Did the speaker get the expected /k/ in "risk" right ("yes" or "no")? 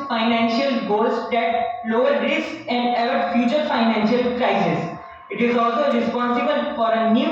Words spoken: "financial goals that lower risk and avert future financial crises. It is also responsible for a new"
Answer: no